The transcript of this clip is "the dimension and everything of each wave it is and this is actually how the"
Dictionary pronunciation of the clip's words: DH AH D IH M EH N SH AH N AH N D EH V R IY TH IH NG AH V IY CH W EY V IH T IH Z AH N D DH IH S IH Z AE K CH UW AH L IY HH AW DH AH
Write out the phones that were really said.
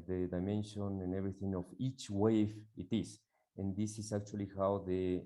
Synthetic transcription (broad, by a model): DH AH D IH M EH N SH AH N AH N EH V R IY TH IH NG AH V IY CH W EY F IH T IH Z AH N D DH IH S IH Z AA K CH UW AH L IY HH AW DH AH